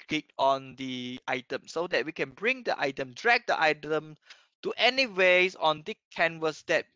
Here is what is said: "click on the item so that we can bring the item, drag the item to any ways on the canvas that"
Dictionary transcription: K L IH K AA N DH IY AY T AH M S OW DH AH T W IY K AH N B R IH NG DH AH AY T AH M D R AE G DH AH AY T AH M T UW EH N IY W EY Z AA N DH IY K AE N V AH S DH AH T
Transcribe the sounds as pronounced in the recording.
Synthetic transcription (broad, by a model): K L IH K AA N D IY AY T AH M S OW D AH T W IY K AH N B R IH NG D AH AY T AH M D R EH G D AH AY T AH M T UW EH N IY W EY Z AA N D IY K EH N W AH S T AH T